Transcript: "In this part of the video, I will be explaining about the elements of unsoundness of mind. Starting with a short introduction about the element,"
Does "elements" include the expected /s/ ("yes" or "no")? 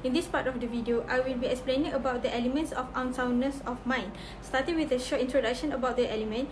yes